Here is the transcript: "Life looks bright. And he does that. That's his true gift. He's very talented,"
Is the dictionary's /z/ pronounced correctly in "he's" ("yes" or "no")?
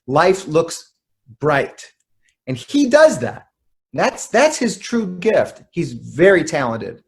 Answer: yes